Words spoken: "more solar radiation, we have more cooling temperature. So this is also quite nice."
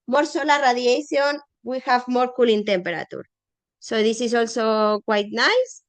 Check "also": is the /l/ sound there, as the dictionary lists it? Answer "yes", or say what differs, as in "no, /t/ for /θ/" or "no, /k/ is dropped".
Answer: yes